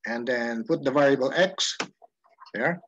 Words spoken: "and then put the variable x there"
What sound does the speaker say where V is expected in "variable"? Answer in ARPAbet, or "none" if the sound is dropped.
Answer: V